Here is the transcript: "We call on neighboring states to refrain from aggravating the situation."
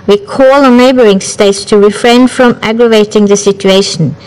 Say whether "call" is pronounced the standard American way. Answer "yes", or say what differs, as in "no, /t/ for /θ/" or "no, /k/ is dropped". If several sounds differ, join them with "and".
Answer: yes